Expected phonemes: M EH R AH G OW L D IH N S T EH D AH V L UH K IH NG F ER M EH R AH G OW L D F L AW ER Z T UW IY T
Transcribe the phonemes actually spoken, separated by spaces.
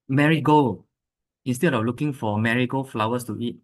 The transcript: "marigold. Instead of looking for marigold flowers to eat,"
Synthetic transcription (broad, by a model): M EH R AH G OW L IH N S T EH D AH F L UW K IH NG F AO M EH R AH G OW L F L AW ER S T UW IY T